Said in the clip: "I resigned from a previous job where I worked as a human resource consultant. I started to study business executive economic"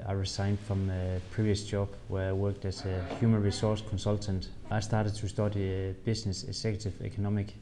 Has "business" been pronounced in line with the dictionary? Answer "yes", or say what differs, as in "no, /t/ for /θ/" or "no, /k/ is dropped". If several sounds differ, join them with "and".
no, /s/ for /z/